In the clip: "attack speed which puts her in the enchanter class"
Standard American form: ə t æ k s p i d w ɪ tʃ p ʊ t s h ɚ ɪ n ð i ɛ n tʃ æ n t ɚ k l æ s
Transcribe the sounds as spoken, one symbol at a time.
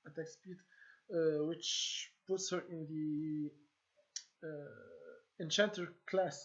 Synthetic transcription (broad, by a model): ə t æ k s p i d w ɪ tʃ p ʊ t s h ɚ ɪ n ð i ɛ n tʃ æ n t ɚ k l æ s